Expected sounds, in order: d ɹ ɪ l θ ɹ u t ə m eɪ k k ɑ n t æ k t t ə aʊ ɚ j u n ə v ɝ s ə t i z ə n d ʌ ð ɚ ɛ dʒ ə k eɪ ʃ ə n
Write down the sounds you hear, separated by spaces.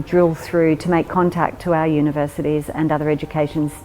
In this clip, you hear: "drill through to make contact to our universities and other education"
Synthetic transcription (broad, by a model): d ɹ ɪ l θ ɹ u t ə m eɪ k k ɑ n t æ k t t ə aʊ ɚ j u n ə v ɝ s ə t i z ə n ʌ ð ɚ ɛ dʒ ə k eɪ ʃ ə n